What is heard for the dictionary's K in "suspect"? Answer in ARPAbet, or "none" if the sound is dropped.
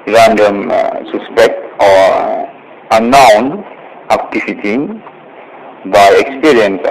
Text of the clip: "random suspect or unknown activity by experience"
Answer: K